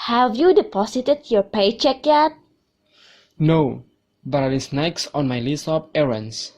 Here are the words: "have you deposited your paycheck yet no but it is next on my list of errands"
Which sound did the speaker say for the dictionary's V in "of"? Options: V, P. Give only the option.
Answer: P